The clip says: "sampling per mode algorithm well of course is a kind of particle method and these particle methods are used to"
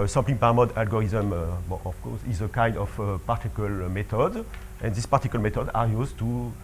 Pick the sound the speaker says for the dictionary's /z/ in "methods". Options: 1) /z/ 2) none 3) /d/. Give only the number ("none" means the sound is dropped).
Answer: 2